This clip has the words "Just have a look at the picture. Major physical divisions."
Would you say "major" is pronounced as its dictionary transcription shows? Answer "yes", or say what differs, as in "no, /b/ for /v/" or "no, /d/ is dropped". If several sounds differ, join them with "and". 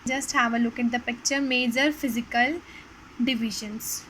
yes